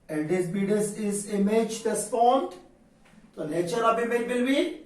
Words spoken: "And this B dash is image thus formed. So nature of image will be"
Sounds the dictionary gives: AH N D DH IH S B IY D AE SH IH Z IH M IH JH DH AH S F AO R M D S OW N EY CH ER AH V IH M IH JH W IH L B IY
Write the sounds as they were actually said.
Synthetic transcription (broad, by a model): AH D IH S B IY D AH S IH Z IH M IH JH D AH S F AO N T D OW L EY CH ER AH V IH M IH JH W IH L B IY